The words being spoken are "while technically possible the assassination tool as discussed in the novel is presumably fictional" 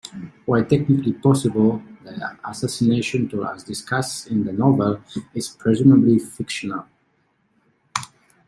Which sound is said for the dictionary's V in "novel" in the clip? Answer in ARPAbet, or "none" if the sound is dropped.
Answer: V